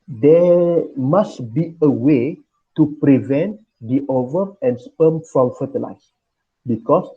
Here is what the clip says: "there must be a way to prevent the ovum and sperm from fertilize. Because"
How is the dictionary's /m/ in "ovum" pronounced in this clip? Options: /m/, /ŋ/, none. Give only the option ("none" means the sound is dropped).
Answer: none